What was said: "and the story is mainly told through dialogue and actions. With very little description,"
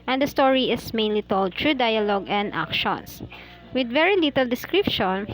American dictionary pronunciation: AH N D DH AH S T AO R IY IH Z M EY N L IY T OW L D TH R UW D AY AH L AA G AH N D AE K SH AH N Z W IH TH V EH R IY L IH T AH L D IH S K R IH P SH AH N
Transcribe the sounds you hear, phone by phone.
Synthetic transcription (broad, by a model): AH N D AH S T AO R IY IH S M EY N L IY T OW L D T R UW D AY AH L AA G AH N D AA K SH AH N S W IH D V EH R IY L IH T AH L D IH S K R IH P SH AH N